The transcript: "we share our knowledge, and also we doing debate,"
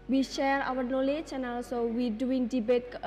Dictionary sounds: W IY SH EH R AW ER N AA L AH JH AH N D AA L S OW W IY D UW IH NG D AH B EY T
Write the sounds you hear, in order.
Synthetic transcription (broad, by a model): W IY SH EH R AW ER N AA L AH CH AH N AA L S OW W IY D UW IH NG D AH B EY T